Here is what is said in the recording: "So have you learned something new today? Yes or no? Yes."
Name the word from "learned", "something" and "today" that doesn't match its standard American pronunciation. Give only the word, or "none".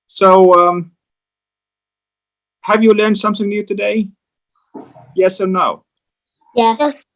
none